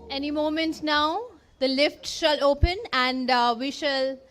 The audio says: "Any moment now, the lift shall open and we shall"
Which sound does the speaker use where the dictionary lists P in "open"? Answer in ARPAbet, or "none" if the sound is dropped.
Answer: P